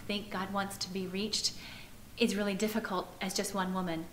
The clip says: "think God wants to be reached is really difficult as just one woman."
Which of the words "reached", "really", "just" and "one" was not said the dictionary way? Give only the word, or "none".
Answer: none